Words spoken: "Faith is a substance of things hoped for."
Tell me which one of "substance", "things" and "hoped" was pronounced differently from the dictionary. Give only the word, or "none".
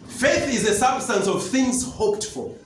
none